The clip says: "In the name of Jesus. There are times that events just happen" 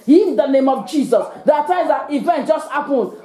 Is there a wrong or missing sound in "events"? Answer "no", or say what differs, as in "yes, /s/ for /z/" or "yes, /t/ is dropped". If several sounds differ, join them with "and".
yes, /s/ is dropped